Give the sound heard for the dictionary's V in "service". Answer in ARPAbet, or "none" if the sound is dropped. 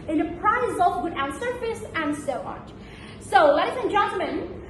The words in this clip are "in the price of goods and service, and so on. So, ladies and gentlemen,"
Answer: F